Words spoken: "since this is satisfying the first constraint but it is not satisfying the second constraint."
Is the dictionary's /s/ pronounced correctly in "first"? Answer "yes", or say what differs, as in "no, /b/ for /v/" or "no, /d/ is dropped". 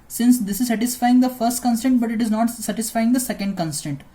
yes